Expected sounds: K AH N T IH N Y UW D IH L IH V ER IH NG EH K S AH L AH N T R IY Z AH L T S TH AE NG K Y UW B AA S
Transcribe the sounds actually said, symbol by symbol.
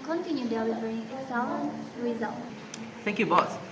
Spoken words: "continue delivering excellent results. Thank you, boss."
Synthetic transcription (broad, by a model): K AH N T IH N Y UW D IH W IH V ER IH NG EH S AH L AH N R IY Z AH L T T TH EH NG K Y UW B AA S